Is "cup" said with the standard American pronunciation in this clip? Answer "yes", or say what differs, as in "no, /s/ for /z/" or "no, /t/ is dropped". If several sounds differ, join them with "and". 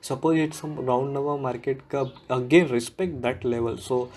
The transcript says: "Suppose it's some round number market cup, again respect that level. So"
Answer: no, /p/ is dropped